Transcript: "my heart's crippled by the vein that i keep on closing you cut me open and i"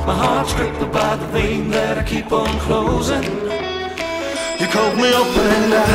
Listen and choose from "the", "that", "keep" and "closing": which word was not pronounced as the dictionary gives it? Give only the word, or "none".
none